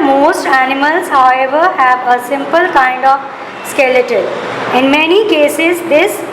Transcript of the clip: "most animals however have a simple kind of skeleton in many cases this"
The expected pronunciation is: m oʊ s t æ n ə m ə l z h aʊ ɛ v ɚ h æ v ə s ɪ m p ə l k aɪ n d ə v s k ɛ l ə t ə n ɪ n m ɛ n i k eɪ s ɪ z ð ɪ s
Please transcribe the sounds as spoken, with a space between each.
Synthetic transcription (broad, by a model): m oʊ s t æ n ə m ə l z h aʊ ɛ v ɚ h æ v ə s ɪ m p ə l k aɪ n d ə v s k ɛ l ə t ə l ɪ n m ɛ n i k eɪ s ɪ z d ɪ s